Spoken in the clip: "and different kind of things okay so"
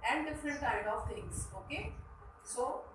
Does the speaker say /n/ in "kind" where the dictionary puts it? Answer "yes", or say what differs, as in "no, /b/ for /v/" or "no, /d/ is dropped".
no, /n/ is dropped